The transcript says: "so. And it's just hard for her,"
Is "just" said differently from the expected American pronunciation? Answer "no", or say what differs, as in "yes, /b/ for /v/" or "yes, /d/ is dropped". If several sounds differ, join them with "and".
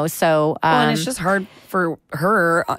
yes, /ʒ/ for /dʒ/